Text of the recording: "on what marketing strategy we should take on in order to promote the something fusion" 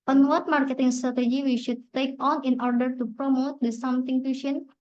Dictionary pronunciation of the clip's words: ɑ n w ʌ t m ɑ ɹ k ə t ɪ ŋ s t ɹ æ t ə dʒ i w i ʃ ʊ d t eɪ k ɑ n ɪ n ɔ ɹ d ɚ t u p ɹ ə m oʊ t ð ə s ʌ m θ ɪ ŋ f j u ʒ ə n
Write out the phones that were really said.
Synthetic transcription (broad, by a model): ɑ n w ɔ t m ɑ ɹ k ə t ɪ ŋ s t ɹ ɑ t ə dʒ i w i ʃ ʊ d t eɪ k ɑ n ɪ n ɔ ɹ d ɚ t u p ɹ ə m oʊ t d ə s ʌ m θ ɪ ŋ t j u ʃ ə n